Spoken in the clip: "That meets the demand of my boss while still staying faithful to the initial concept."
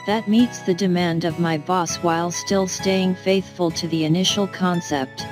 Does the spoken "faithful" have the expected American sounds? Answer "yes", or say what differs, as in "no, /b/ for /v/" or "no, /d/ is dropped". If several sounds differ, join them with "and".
yes